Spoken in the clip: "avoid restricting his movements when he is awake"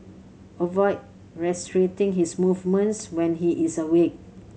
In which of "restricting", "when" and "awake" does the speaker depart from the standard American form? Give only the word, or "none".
restricting